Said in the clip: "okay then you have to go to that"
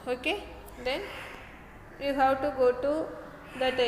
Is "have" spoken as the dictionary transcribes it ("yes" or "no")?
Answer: no